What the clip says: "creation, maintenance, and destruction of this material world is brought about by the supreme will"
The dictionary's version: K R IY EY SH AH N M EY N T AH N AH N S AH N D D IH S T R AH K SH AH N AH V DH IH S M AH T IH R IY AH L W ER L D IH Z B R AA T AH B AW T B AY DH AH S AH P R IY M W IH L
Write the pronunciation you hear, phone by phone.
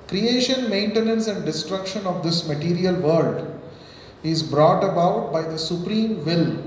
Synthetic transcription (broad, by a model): K R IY EY SH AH N M EY N T AH N AH N S AH N D D IH S T R AH K SH AH N AH V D IH S M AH T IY R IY AH L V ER L D IH Z B R AA T AH B AW T B AY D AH S AH P R IY M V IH L